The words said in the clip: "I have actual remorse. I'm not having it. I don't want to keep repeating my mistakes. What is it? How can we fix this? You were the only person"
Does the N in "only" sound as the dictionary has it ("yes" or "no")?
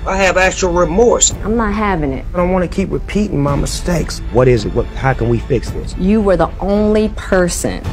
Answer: yes